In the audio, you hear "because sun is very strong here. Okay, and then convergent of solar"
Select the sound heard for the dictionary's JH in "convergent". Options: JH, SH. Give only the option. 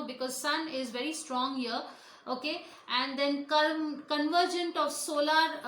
JH